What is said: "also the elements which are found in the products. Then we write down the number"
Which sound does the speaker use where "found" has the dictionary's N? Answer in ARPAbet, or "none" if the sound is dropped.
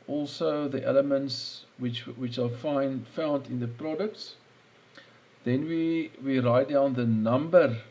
N